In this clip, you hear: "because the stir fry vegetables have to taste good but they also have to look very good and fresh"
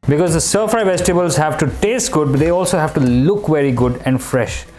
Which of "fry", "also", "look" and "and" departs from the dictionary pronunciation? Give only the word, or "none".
fry